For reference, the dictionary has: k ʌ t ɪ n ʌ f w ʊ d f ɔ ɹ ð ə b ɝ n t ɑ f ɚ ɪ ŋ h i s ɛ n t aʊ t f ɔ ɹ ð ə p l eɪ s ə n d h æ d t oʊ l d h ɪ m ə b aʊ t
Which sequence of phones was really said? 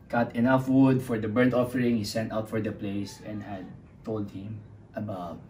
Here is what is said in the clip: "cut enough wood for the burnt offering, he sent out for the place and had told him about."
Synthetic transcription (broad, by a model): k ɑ t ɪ n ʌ f w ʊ d f ɔ ɹ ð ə b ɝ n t ɑ f ɚ ɪ ŋ h i s ɛ n t aʊ t f ɔ ɹ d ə p l eɪ s ə n d h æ d t oʊ l d h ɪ m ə b aʊ t